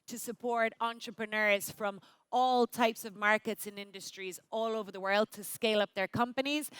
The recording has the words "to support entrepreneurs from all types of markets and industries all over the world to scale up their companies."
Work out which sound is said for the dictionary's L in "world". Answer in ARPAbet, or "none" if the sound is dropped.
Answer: L